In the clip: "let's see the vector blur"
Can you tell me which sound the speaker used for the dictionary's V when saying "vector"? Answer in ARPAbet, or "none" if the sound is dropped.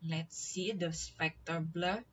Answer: P